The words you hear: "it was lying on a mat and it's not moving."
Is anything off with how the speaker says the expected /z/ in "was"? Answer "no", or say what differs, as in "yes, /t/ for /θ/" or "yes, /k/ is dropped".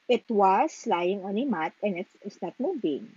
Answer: yes, /s/ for /z/